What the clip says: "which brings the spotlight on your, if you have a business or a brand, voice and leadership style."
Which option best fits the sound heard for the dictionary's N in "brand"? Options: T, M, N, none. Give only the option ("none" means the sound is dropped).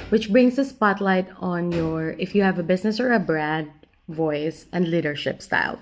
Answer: none